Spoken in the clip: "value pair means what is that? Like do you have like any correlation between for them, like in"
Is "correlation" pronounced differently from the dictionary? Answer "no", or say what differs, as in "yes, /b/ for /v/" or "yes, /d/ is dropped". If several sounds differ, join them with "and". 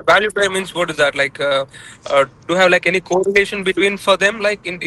yes, /n/ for /l/